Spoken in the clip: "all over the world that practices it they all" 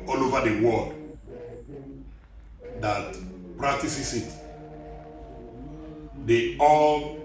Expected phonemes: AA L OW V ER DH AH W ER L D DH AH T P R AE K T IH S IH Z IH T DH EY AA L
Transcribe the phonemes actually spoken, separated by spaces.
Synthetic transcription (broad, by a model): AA L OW V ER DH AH W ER L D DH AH T P R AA K T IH S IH S IH T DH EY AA L